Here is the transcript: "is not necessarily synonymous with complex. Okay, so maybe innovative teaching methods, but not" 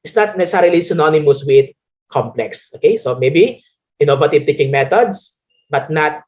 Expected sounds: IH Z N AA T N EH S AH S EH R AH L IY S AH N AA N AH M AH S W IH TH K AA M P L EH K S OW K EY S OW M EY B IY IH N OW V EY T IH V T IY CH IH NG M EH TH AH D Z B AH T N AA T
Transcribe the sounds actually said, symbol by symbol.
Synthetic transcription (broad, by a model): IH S N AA T N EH S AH S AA R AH L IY S AH N AA N AH M AH S W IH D K AA M P L EH K S OW K EY S OW M EY B IY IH N OW V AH T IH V T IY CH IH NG M EH T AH D S B AH T N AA T